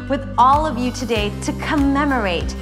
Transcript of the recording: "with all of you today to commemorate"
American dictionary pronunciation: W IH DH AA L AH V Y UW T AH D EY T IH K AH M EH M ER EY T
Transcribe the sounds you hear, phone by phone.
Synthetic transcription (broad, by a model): W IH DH AA L AH V Y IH T AH D EY T IH K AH M EH M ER EY T